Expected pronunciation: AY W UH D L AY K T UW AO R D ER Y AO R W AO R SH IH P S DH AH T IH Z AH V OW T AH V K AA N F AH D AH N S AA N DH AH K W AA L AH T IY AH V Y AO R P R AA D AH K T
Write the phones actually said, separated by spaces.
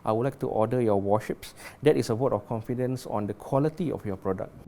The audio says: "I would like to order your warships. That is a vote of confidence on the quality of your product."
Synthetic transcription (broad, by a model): AY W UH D L AY K T UW AO D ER Y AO W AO SH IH P S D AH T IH S AH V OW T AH F K AA N F AH D AH N S AA N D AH K W AA L AH T IY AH F Y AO P R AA D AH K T